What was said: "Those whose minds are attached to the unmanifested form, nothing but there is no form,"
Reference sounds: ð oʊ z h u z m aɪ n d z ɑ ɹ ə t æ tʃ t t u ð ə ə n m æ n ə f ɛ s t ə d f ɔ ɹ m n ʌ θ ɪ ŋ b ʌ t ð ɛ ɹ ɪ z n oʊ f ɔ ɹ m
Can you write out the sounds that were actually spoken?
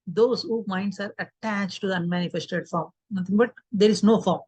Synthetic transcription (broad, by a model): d oʊ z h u m aɪ n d s ɑ ɹ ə t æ tʃ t t u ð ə ə n m æ n ə f ɛ s t ə d f ɔ ɹ m n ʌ t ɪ ŋ b ʌ t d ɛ ɹ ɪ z n oʊ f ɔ ɹ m